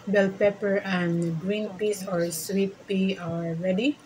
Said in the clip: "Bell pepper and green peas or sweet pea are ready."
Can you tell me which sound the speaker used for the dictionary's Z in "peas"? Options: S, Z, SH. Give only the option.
S